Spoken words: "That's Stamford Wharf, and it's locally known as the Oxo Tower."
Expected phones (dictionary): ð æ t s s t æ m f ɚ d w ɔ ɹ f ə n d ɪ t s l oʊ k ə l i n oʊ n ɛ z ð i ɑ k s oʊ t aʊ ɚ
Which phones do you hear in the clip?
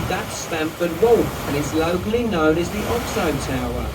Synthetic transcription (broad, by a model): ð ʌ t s s t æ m f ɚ d w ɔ l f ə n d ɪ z l oʊ k ə l i n oʊ n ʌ z ð i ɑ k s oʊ t aʊ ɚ